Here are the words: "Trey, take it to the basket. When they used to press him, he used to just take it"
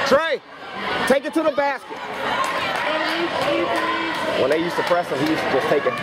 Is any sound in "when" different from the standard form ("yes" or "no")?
yes